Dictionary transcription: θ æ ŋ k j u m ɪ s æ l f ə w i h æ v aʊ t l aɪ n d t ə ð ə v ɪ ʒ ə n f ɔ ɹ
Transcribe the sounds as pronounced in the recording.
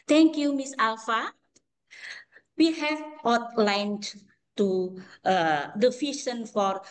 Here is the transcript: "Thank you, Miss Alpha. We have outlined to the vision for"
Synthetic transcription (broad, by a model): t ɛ ŋ k j u m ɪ s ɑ l f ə w i h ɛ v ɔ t l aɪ n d t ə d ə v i ʃ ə n f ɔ ɹ